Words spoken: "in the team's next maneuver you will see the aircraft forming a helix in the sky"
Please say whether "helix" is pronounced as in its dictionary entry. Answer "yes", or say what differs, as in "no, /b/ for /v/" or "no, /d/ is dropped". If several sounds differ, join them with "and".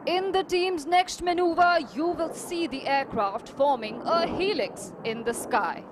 yes